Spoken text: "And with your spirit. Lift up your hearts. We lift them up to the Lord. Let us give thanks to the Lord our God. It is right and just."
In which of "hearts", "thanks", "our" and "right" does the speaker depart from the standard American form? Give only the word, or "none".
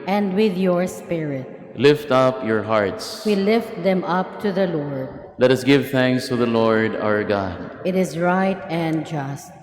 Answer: none